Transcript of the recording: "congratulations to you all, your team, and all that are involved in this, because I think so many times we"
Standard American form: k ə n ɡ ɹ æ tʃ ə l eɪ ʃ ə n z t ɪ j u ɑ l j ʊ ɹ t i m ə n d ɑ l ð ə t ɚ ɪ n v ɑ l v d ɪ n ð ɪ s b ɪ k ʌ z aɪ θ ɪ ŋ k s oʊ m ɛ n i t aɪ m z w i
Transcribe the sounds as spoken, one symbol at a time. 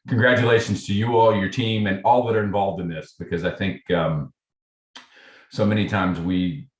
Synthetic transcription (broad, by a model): k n ɡ ɹ æ tʃ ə l eɪ ʃ n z t ɪ j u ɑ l j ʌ ɹ t i m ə n ɑ l ð ə t ɚ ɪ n v ɑ l v d ɪ n ð ɪ s b ɪ k ʌ z aɪ θ ɪ ŋ k s oʊ m ɛ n i t aɪ m z w i